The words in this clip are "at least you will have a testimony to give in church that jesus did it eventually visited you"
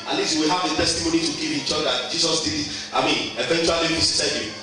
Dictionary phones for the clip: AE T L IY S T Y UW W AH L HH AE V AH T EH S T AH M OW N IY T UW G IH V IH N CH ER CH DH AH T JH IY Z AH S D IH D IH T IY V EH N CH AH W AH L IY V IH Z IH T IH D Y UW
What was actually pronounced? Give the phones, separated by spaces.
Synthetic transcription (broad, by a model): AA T L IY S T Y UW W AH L HH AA V AH T EH S T AH M OW N IY T UW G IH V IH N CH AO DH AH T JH IY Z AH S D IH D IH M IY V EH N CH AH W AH L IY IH S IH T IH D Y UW